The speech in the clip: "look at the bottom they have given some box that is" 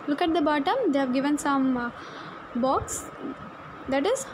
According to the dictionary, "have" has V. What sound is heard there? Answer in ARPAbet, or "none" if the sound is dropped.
V